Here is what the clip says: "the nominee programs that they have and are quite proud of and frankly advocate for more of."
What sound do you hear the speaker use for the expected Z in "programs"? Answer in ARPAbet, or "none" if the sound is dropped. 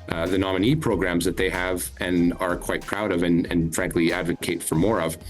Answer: Z